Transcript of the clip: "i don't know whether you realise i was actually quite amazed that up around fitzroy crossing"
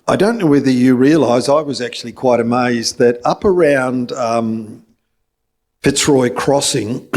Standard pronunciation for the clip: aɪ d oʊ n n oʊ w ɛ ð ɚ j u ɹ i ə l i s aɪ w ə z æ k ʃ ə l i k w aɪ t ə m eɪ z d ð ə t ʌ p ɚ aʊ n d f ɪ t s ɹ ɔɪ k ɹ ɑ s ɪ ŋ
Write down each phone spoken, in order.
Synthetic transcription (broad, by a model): aɪ d oʊ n n oʊ w ɛ ð ɚ j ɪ ɹ i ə l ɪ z aɪ w ə z æ k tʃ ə l i k w aɪ t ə m eɪ z ð ə t ʌ p ɚ aʊ n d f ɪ t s ɹ ɔɪ k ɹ ɑ s ɪ ŋ